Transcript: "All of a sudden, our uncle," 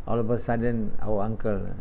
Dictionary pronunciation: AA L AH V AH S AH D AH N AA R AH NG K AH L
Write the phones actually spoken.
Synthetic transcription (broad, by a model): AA L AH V AH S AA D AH N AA W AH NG K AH L